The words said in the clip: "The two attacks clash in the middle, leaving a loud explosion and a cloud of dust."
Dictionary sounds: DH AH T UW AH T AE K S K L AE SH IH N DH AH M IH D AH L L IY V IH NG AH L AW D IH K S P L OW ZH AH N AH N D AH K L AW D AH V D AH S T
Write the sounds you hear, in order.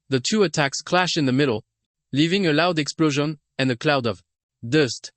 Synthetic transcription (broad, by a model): DH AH T UW AH T AE K S K L AE SH IH N DH AH M IH D L L IY V IH NG AH L AW D IH K S P L OW ZH AH N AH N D AH K L AW D AH V D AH S T